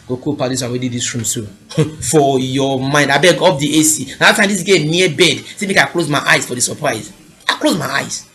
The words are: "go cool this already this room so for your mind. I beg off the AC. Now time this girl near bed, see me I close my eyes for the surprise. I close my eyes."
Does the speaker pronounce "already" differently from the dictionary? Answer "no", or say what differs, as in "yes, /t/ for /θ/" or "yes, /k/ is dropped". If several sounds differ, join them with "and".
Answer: yes, /w/ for /ɹ/